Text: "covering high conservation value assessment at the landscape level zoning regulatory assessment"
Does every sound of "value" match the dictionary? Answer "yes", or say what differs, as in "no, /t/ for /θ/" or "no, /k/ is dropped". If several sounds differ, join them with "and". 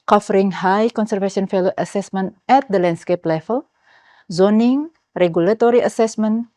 no, /f/ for /v/